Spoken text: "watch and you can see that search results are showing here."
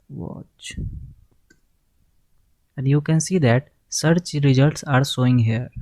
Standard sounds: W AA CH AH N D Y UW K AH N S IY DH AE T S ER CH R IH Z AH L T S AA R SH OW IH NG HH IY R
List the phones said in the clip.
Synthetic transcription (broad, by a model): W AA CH AH N D Y UW K AH N S IY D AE T S ER CH R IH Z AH L T S AA R S OW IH NG HH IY R